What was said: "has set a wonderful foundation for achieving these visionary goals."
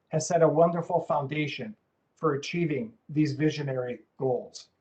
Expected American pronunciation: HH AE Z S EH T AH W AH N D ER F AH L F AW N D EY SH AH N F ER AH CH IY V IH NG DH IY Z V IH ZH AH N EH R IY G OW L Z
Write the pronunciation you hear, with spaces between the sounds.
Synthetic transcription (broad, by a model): HH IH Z S EH T AH W AH N D ER F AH L F AW N D EY SH AH N F ER AH CH IY V IH NG DH IY Z V IH ZH AH N EH R IY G OW L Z